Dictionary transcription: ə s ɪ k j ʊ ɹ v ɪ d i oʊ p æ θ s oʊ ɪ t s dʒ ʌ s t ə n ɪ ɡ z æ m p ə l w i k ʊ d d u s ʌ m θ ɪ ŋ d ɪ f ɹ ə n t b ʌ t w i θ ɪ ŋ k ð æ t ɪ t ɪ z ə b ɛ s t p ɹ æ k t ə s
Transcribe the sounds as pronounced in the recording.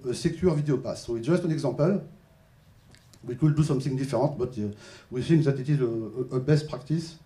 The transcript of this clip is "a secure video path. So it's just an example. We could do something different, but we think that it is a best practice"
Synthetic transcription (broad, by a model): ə s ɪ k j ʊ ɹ v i d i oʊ p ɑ s oʊ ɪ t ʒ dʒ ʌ s t ə n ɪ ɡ z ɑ p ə l w i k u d d u s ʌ m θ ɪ ŋ d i f ɹ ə t b ʌ t w i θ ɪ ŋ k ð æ t ɪ t ɪ z ə b ɛ s t p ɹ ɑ k t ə s